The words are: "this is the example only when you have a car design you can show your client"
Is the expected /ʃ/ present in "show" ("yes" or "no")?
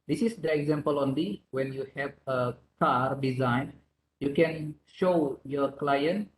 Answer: yes